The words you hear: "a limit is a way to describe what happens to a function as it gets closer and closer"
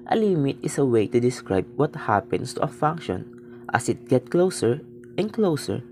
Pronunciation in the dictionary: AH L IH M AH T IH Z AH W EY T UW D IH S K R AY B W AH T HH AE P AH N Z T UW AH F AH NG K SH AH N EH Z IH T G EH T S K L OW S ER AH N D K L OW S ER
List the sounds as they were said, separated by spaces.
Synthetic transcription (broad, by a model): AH L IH M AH T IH S AH W EY T UW D IH S K R AY B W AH T HH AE P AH N S T UW AH F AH NG K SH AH N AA S IH T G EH T K L OW S ER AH N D K L OW S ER